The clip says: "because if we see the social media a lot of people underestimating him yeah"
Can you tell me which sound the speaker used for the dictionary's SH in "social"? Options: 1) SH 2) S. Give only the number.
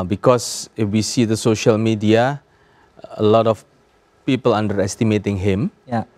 1